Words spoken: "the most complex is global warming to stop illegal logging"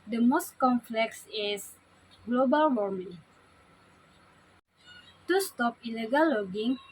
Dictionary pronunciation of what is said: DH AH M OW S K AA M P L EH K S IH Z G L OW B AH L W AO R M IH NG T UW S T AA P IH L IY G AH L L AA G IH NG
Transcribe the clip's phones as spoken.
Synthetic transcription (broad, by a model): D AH M OW S K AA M F L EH K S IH S G L OW B AH L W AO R M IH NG T UW S T AA P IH L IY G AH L L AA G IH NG